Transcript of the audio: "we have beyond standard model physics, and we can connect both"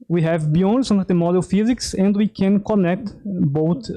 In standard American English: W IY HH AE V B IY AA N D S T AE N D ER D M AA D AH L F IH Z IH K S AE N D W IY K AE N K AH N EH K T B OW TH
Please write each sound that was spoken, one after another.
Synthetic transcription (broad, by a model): W IY HH AE V B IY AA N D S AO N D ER M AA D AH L F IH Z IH K S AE N D W IY K AE N K AH N EH K T B OW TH